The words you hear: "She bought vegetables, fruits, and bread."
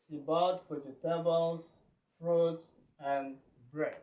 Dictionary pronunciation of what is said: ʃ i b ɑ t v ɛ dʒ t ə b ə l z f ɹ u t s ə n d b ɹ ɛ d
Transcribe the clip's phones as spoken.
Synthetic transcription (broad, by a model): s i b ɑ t w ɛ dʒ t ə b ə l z f ɹ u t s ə n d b ɹ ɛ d